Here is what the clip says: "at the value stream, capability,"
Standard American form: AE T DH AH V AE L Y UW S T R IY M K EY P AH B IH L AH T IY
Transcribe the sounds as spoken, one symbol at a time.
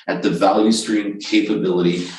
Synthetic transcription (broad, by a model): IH T DH AH V AE L Y UW S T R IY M K EY P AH B IH L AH T IY